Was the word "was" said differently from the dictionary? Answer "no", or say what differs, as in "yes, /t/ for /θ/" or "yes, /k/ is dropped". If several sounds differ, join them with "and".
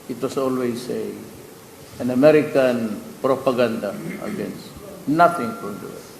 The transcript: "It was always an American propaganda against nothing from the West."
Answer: yes, /s/ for /z/